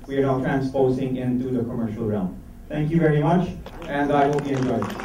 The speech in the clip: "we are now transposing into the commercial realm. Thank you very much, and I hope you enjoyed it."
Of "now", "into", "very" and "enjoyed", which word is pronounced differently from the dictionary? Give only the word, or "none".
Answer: enjoyed